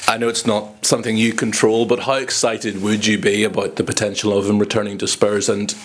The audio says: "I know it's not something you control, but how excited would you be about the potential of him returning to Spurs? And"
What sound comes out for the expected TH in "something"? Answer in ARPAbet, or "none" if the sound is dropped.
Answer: TH